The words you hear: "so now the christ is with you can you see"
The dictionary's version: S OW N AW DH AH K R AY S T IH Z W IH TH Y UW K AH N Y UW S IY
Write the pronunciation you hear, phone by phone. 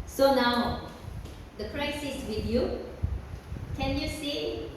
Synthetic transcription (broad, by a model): S OW N AW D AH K R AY S IH S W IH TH Y UW K AH N Y UW S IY